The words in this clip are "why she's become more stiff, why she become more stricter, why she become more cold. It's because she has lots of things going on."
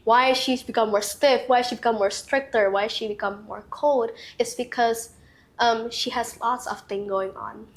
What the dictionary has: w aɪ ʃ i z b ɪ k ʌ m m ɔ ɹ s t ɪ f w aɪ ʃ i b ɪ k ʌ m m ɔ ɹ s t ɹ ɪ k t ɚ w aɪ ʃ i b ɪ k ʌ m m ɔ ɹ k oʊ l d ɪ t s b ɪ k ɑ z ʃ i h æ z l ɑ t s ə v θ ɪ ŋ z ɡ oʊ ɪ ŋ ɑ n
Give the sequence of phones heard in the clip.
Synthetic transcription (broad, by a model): w aɪ ʃ i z b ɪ k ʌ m m ɔ ɹ s t ɪ f w aɪ ʃ i b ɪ k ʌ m m ɔ ɹ s t ɹ ɪ k t ɚ w aɪ ʃ i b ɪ k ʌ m m ɔ ɹ k oʊ l d ɪ t s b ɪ k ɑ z ʃ i h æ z l ɑ t s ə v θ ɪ ŋ ɡ oʊ ɪ ŋ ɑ n